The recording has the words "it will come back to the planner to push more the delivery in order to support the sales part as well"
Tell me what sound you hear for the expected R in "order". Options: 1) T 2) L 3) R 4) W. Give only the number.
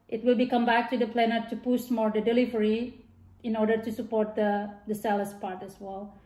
3